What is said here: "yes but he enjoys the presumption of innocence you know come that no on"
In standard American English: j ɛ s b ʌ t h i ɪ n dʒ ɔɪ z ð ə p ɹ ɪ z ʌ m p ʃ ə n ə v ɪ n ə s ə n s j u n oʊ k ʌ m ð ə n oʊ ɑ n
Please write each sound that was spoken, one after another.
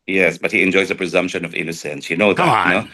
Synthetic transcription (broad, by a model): j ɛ s b ʌ t h i ɪ n dʒ ɔɪ z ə p ɹ ɪ z ʌ m p ʃ ə n ə v ɪ n ə s ə n s j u n oʊ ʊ ð ə n oʊ